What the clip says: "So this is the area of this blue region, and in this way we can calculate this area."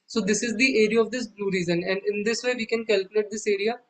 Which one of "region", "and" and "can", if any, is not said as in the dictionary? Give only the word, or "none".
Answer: region